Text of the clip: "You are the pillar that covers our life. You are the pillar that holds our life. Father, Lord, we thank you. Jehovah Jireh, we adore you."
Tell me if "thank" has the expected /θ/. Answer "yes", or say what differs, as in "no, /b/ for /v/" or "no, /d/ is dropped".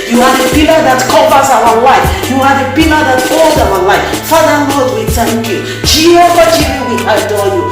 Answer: no, /t/ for /θ/